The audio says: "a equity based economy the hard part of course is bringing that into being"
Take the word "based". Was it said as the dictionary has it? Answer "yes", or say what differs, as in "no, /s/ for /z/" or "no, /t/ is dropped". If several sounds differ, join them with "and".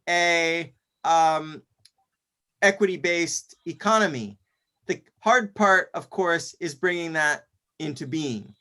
yes